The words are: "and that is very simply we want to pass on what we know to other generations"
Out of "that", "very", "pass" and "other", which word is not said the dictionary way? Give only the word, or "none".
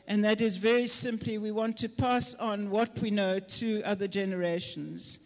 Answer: none